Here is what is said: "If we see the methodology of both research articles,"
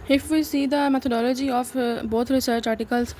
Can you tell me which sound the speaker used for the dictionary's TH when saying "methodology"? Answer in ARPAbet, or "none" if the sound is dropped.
T